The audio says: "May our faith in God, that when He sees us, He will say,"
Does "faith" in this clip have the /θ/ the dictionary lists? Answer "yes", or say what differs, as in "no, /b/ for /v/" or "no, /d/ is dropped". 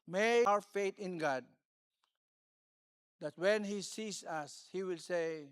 no, /t/ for /θ/